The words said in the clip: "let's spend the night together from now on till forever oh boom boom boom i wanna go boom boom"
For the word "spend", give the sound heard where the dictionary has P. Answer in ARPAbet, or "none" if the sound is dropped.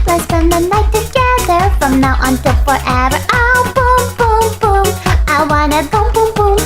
none